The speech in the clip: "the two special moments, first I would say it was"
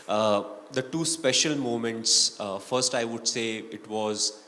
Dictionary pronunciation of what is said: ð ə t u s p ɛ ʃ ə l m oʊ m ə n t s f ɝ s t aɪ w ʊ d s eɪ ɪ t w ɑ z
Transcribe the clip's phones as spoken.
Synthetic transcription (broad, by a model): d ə t u s p ɛ ʃ ə l m oʊ m ə n t s f ɝ s t aɪ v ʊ d s eɪ ɪ t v ɑ z